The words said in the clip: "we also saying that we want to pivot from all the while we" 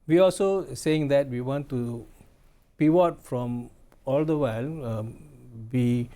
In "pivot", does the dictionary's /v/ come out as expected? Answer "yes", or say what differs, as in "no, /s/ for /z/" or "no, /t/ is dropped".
no, /w/ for /v/